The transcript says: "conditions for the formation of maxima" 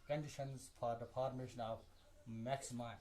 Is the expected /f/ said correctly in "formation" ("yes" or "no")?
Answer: no